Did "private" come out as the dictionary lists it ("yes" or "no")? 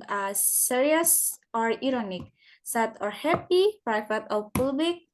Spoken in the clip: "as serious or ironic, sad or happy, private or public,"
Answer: no